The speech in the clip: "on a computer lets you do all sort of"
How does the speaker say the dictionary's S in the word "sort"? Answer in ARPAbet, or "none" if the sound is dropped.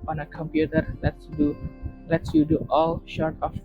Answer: SH